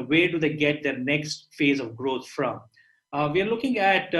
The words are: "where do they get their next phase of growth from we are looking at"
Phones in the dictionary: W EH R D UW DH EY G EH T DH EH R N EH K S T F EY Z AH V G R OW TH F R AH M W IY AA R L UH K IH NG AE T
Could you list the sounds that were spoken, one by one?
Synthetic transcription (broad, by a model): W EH R D UW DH EY G EH T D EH R N EH K S T F EY Z AH V G R OW T F R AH M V IY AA R L UH K IH NG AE T